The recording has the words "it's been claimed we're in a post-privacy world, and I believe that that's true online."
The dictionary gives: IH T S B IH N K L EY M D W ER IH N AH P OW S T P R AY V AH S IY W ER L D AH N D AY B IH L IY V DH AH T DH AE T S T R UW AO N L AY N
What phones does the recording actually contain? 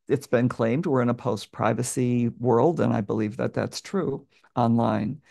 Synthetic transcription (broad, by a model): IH T S B IH N K L EY M D W ER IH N AH P OW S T P R AY V AH S IY W ER L D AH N AY B IH L IY V DH AH T DH AE T S T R UW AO N L AY N